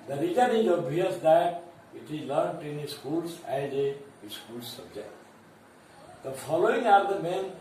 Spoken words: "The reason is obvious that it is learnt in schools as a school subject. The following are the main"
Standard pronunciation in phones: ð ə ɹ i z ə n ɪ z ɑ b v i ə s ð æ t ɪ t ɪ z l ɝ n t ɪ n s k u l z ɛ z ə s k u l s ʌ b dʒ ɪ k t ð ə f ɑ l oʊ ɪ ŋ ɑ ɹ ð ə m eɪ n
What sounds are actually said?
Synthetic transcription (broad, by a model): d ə ɹ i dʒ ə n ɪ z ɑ b i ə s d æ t ɪ t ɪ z l ɝ n t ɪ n s k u l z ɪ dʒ ə s k u l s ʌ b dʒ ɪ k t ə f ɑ l oʊ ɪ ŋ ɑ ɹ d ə m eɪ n